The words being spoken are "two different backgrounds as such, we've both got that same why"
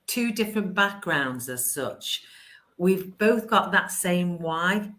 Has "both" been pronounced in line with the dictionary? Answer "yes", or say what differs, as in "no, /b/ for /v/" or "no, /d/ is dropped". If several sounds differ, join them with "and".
yes